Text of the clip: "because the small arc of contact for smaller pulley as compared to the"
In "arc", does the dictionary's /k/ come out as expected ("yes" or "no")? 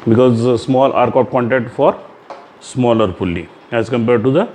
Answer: yes